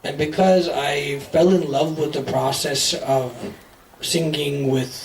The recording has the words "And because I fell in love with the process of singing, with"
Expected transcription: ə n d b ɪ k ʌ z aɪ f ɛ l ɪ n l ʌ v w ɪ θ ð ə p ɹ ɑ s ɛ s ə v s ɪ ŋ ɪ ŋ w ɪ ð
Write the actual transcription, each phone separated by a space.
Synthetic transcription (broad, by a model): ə n b ɪ k ʌ z aɪ f ɛ l ɪ n l ʌ v w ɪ ð ə p ɹ ɑ s ɛ s ə v s ɪ ŋ ɪ ŋ w ɪ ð